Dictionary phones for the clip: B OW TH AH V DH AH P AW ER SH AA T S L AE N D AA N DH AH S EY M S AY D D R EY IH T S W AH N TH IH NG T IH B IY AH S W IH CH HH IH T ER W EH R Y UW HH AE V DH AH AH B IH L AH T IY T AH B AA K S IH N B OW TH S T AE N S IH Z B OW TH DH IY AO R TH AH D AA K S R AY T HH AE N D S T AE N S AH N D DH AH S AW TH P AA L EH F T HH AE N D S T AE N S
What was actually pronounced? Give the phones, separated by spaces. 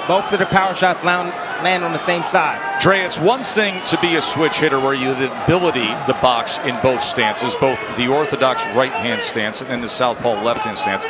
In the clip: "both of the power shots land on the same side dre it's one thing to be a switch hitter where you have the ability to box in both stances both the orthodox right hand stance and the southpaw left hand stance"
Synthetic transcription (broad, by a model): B OW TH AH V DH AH P AW ER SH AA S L L AE N D N DH AH S EY M S AY D D R EY IH T S W AH N TH IH NG T IH B IY AH S W IH CH HH IH T ER W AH R Y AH AH B IH L AH T IY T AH B AA K S IH N B OW TH S T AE N S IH Z B OW TH DH IY AO R TH AH D AA K S R AY T HH AE N D S T AE N S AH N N DH AH S AW TH P AA L EH F T HH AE N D S T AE N S